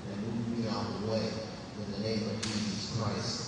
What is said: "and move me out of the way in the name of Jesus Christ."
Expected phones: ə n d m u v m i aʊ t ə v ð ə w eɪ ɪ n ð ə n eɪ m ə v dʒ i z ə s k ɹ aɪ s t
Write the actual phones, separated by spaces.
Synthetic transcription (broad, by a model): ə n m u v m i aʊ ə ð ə w eɪ ɪ n ð ə n eɪ m ə v dʒ i z ə s k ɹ aɪ s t